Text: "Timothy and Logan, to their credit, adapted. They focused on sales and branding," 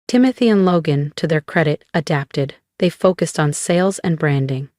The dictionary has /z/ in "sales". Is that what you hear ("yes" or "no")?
yes